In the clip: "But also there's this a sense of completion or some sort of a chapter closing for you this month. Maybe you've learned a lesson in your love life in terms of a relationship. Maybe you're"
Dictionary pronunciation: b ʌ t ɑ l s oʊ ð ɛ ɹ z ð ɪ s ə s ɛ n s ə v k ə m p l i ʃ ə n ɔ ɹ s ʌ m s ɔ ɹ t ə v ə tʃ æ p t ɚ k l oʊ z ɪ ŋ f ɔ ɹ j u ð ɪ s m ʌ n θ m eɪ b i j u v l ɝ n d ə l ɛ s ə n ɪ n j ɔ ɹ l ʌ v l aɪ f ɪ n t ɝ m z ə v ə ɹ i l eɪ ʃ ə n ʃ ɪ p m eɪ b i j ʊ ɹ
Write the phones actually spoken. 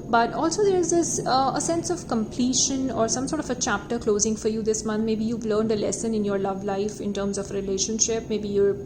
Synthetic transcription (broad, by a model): b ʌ t ɑ l s oʊ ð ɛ ɹ z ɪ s ə s ɛ n s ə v k ə m p l i ʃ ə n ɔ ɹ s ʌ m s ɔ ɹ t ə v ə tʃ æ p t ɚ k l oʊ z ɪ ŋ f ɔ ɹ j u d ɪ s m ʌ n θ m eɪ b i j u v l ɝ n d ə l ɛ s ə n ɪ n j ɔ ɹ l ʌ v l aɪ f ɪ n t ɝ m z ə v ɹ i l eɪ ʃ ə n ʃ ɪ p m eɪ b i j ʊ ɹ